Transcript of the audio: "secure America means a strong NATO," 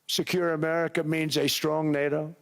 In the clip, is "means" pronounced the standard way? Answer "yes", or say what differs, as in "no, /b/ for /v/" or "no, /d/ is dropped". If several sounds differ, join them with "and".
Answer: yes